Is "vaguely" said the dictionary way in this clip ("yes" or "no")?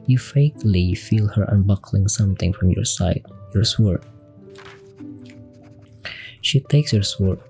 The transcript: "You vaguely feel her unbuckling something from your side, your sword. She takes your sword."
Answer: no